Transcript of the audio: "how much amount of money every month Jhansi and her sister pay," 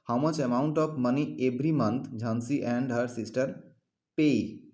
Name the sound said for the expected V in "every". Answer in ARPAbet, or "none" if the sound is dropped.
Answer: B